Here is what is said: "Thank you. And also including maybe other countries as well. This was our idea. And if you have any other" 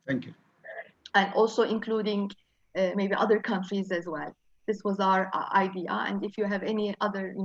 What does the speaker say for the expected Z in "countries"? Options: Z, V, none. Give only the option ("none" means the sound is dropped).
Z